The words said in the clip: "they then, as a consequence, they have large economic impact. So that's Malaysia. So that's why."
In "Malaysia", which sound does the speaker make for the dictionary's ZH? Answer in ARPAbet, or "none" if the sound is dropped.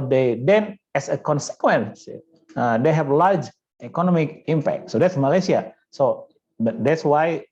S